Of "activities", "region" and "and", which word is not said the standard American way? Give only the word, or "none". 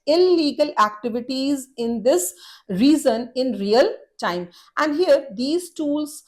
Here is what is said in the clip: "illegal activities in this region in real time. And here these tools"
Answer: region